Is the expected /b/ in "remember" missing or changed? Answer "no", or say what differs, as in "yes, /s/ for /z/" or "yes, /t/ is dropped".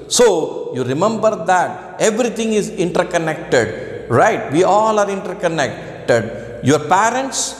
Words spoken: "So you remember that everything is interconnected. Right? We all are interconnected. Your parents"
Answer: no